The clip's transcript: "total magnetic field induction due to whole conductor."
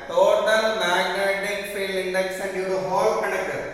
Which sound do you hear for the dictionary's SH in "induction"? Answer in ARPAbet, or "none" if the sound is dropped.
S